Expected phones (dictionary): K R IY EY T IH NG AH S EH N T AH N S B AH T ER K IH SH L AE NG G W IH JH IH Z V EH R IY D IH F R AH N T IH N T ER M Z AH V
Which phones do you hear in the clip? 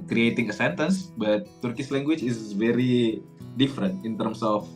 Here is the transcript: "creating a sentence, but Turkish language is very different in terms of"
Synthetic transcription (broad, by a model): K R IY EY T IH NG AH S EH N T AH N S B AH T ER K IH S L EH NG G W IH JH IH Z V EH R IY D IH F R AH N T IH N T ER M S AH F